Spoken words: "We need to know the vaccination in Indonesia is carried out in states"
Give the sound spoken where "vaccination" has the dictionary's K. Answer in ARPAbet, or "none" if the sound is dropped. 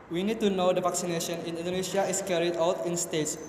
K